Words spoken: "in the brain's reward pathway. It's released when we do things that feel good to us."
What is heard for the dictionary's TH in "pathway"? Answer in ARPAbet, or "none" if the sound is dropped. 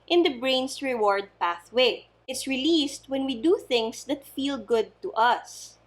TH